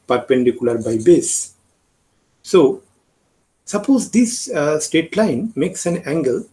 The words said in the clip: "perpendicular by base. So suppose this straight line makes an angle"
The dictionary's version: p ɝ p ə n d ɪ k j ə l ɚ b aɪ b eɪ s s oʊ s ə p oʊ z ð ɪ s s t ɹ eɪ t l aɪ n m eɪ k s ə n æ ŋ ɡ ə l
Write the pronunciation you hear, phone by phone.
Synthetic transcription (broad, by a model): p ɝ p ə n d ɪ k j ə l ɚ b aɪ b eɪ s s oʊ s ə p oʊ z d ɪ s s t eɪ t l aɪ n m eɪ k s ə n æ ŋ ɡ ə l